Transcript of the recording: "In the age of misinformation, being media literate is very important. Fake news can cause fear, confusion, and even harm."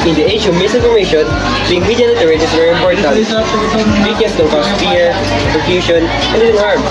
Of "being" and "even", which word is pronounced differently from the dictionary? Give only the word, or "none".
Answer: even